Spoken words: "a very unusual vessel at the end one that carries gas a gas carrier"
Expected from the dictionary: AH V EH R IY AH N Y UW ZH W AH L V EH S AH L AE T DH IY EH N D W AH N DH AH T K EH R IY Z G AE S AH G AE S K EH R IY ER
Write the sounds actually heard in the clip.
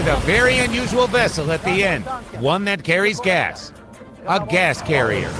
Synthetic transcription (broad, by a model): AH V EH R IY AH N Y UW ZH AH L V EH S L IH T DH IY EH N D W AH N DH AH T K EH R IY Z G AE S AH G AE S K EH R IY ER